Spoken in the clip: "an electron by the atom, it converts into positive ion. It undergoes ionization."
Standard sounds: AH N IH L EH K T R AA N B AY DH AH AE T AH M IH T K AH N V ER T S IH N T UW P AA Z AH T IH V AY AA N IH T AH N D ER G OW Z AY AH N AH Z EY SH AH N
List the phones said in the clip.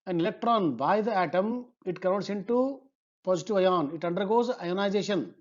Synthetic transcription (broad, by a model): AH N IH L EH K T R AA N B AY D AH AE T AH M IH T K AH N AO T S IH N T UW P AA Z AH T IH V AY AA N IH T AH N D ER G OW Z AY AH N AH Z EY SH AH N